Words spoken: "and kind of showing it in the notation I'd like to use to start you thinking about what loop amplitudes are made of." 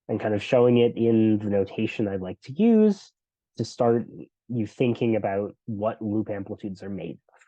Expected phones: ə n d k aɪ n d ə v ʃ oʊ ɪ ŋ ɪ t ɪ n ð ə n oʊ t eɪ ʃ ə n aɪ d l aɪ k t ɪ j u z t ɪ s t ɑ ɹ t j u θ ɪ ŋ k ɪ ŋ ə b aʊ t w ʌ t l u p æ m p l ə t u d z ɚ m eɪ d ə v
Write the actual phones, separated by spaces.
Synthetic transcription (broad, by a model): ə n k aɪ n d ə v ʃ oʊ ɪ ŋ ɪ t ɪ n ð ə n oʊ t eɪ ʃ ə n aɪ d l aɪ k t ɪ j u z t ɪ s t ɑ ɹ t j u θ ɪ ŋ k ɪ ŋ ə b aʊ t w ʌ t l u p æ m p l ə t u d z ɚ m eɪ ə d